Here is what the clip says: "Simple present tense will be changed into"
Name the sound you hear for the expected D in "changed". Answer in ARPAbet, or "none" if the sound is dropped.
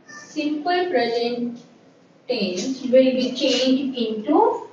none